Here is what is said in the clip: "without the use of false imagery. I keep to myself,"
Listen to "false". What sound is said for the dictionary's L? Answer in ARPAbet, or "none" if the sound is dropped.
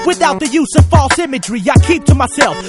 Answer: L